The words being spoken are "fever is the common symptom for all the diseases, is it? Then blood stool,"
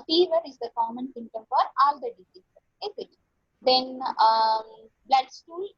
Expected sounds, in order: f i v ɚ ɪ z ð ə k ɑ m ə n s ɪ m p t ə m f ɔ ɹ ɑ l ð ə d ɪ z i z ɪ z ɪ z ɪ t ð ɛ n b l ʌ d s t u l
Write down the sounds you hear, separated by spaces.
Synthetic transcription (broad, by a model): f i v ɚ ɪ z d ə k ɑ m ə n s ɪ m t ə m f ɔ ɹ ɑ l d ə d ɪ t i s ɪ ɪ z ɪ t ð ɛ n b l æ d s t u l